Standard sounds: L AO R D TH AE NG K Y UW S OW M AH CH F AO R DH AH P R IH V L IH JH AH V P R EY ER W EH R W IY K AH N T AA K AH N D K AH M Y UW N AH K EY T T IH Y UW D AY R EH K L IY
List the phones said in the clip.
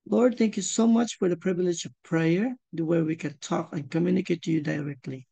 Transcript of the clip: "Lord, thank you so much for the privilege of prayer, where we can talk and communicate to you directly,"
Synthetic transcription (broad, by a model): L AO R D TH AE NG K Y UW S OW M AH CH F AO R DH AH P R IH V L IH JH AH V P R EY ER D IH W W IY K AH N T AA K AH N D K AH M Y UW N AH K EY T T IH Y UW D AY R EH K L IY